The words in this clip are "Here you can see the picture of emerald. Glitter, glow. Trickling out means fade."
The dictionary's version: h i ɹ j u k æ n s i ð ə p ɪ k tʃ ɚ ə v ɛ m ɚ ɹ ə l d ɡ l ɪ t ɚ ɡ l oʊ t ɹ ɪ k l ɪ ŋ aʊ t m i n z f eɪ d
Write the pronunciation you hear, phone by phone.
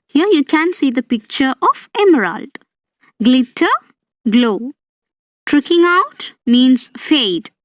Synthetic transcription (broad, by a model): h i ɹ j u k æ n s i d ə p ɪ k tʃ ɚ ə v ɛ m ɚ ɹ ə l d ɡ l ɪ t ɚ ɡ l oʊ t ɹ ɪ k ɪ ŋ aʊ t m i n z f eɪ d